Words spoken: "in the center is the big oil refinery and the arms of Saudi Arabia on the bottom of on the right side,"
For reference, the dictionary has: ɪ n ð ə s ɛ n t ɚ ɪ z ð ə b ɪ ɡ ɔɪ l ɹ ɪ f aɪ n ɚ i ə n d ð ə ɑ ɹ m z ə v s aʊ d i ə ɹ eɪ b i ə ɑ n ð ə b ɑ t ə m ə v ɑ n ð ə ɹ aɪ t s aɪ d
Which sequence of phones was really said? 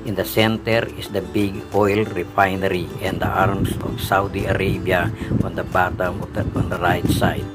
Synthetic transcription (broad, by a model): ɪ n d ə s ɛ n t ɚ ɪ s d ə b ɪ ɡ ɔɪ l ɹ ɪ f aɪ n ɚ i ə n d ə ɑ ɹ m s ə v s aʊ d i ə ɹ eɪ b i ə ɑ n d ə b ɑ t ə m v ɑ n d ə ɹ aɪ t s aɪ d